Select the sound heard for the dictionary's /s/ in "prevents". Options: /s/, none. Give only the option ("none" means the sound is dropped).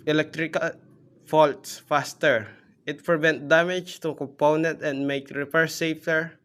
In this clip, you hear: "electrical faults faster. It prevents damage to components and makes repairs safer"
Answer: none